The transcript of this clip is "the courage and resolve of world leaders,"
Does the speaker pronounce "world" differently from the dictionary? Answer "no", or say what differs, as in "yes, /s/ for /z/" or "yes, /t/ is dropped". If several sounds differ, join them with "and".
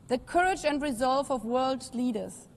no